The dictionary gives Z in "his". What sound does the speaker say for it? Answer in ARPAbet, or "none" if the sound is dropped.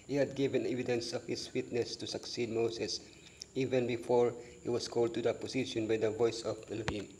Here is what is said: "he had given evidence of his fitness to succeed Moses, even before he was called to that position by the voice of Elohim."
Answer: S